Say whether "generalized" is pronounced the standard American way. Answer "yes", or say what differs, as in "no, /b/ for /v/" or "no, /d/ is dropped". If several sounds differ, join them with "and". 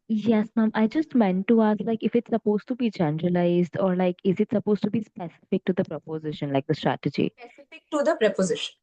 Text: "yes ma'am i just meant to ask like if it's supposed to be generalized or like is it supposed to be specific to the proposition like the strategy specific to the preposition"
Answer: yes